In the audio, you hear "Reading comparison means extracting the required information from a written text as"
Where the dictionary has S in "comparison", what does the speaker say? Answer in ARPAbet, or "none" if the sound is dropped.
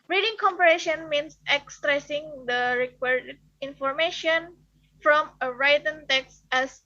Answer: SH